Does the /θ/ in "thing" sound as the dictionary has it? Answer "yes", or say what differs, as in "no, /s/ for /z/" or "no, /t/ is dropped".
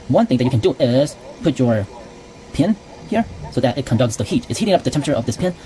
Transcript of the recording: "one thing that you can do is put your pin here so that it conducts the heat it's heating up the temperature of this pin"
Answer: yes